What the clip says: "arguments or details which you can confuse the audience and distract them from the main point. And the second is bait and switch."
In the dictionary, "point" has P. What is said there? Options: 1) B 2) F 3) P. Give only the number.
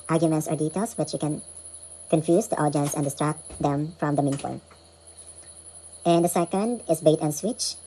2